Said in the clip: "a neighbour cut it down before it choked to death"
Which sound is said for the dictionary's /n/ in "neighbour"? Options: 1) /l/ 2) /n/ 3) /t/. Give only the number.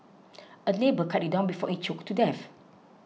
1